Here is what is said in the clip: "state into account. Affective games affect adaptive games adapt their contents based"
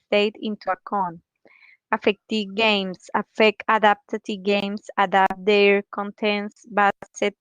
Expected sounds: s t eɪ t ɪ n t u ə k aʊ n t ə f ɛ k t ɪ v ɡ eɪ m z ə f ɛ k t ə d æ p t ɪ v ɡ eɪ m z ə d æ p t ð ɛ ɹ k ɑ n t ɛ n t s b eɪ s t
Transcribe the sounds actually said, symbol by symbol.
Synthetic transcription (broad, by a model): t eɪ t ɪ n t u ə k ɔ n ə f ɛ k t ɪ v ɡ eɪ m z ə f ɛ k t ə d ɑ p t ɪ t ɡ eɪ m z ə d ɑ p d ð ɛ ɹ k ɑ n t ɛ n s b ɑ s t